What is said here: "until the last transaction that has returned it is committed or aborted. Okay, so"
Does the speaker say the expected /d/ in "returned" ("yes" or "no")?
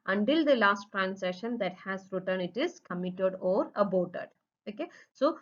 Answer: no